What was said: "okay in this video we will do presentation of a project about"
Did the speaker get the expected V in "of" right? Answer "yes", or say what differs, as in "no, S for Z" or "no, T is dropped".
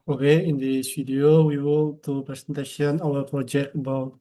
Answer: no, W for V